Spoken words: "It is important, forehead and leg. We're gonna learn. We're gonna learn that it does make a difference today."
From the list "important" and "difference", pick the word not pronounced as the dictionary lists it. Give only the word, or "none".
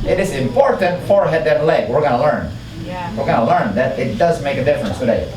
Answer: none